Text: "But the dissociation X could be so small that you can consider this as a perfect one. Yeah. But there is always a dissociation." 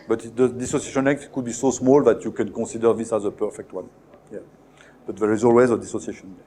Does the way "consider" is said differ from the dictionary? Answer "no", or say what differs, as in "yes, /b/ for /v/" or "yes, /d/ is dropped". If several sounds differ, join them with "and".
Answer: yes, /n/ is dropped